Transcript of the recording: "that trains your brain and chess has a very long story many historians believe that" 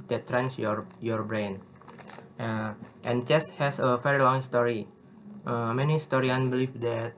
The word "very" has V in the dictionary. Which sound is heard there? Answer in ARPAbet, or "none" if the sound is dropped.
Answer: F